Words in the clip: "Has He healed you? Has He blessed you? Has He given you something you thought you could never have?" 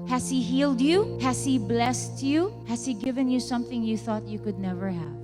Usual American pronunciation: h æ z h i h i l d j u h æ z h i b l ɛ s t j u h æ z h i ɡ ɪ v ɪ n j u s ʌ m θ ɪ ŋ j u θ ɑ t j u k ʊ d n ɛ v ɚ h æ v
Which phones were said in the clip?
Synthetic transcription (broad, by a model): h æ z h i h i l d j u h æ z h i b l ɛ s t j u h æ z h i ɡ ɪ v ɪ n j u s ʌ m θ ɪ ŋ j u θ ɑ t j u k ʊ d n ɛ v ɚ h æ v